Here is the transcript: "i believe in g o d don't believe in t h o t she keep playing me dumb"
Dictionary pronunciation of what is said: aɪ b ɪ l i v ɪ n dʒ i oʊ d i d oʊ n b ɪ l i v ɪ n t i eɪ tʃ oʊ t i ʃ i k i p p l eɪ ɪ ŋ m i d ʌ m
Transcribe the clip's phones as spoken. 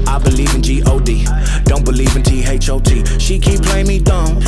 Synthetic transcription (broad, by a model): aɪ b ɪ l i v ɪ n dʒ i oʊ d i d oʊ n b ɪ l i v ɪ n t i eɪ tʃ oʊ t i ʃ i k i p p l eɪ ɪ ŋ m i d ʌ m